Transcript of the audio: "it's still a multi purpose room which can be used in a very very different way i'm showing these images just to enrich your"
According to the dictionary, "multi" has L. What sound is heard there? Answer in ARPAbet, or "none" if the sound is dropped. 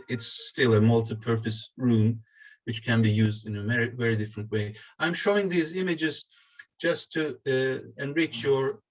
L